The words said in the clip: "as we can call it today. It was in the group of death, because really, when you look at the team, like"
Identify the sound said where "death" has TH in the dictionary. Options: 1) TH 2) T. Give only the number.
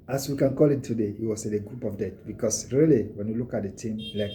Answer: 2